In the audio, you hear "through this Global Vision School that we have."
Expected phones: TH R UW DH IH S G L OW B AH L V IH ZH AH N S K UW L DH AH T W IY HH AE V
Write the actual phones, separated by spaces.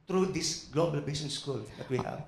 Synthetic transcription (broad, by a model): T R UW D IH S G L OW B AH L B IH S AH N S K UW L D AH T W IY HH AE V